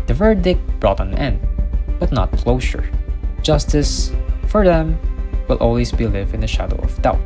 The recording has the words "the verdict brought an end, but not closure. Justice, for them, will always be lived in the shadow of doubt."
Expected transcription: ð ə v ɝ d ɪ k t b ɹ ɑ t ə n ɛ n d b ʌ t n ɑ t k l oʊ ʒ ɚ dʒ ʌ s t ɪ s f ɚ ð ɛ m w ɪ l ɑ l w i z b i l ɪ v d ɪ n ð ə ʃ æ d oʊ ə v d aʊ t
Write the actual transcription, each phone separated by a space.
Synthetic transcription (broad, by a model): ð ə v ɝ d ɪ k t b ɹ ɑ t ə n ɛ n d b ʌ t n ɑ t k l oʊ ʃ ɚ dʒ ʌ s t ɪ s f ɚ ð ɛ m w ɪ l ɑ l w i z b i l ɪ v ɪ n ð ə ʃ æ d oʊ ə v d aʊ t